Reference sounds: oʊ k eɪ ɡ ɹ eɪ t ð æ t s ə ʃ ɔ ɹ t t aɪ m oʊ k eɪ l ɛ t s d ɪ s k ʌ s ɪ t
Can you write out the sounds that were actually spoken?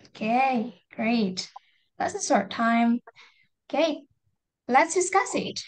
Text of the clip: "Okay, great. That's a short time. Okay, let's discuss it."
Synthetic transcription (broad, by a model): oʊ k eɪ ɡ ɹ eɪ t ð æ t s ə s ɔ ɹ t t aɪ m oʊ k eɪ l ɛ t s d ɪ s k ʌ s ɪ t